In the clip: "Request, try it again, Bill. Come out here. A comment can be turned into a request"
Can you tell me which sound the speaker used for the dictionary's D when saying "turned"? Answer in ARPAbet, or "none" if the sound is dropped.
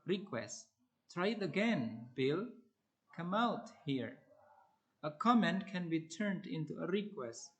D